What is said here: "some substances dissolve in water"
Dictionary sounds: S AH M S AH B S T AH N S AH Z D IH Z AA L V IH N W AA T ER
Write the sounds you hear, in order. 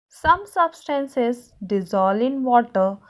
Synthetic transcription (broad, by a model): S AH M S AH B S T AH N S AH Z D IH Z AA L IH N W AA T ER